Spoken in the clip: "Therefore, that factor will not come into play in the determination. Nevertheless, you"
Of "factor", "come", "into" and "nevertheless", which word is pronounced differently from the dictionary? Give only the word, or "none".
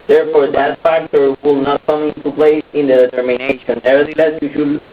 nevertheless